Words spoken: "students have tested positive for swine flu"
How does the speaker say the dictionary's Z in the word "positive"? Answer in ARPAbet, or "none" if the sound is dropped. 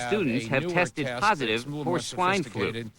Z